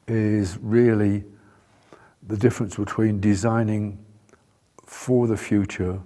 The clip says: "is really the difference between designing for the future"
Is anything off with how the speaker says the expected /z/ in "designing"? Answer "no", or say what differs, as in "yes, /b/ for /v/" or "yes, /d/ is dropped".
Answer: no